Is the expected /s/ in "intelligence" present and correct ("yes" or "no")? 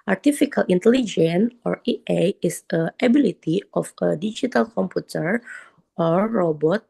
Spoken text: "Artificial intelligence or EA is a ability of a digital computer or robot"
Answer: no